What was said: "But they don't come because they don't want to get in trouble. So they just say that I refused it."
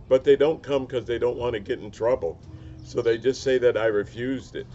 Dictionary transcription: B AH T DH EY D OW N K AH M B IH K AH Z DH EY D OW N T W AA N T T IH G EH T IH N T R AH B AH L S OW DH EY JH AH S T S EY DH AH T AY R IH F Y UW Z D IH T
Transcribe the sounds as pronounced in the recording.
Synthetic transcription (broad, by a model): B AH T DH EY D OW N K AH M K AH Z DH EY D OW N T W AA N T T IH G EH T N T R AH B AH L S OW DH EY JH AH S T S EY DH AH T AY R IH F Y UW Z D IH T